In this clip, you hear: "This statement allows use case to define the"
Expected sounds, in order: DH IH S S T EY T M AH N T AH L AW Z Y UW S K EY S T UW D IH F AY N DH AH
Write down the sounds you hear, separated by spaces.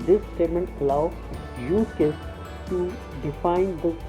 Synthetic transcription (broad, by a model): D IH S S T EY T M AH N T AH L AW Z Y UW K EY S T UW D IH F AY N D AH